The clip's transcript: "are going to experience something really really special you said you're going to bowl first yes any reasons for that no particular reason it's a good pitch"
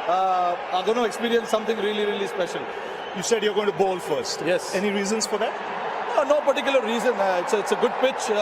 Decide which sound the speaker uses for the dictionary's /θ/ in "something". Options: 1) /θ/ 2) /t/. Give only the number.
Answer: 2